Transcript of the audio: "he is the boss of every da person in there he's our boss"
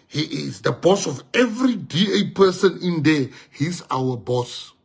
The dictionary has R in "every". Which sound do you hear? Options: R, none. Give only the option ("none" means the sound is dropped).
R